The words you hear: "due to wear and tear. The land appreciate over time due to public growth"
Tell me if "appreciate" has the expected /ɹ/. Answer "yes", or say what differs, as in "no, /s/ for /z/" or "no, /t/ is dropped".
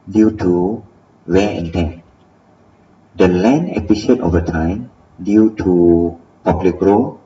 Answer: no, /ɹ/ is dropped